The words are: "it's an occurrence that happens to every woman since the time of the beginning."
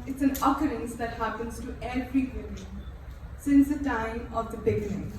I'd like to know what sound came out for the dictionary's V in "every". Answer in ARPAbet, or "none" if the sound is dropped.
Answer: F